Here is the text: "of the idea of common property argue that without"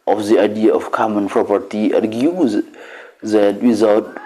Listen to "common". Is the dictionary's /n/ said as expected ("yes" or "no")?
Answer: yes